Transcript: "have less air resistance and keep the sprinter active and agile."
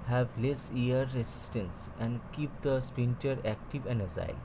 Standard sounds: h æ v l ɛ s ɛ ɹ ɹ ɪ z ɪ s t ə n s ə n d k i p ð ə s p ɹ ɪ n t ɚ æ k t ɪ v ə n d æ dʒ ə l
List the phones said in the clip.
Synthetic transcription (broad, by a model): h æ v l ɛ s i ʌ ɹ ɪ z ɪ s t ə n s ə n d k i p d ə s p ɪ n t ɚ æ k t ɪ v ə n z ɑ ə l